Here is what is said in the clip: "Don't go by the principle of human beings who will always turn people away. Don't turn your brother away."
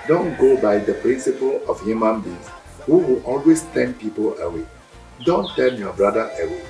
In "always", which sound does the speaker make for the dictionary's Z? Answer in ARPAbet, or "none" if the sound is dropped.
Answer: S